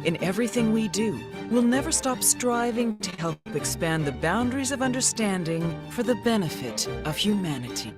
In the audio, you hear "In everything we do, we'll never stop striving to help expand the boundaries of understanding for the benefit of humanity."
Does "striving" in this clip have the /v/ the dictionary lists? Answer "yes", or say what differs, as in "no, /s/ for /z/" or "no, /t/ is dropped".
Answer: yes